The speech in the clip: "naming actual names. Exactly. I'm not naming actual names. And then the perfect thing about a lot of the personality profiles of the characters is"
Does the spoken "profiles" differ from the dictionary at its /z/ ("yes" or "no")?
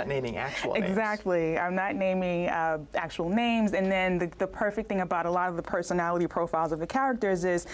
no